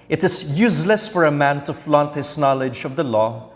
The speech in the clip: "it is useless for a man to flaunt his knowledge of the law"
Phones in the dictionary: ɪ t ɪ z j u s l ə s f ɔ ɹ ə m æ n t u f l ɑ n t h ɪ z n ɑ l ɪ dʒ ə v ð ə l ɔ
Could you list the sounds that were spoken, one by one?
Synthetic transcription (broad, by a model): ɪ t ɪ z j u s l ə s f ɔ ɹ ə m æ n t u f l ɑ n t h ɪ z n ɑ l ɪ dʒ ə v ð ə l ɔ